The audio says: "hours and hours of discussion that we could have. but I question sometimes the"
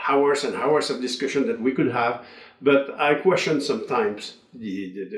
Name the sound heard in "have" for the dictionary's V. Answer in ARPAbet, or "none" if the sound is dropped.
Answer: V